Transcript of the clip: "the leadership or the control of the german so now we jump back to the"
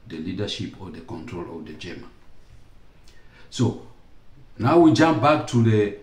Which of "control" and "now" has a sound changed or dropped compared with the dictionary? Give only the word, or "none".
none